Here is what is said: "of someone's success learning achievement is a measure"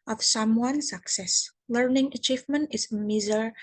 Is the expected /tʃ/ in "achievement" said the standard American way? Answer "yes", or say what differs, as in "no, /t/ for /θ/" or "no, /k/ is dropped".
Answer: yes